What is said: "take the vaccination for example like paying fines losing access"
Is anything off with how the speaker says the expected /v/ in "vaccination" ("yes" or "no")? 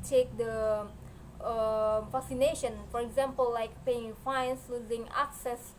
yes